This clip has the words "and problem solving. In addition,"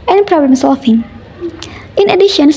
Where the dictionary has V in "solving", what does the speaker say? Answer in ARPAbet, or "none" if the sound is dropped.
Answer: F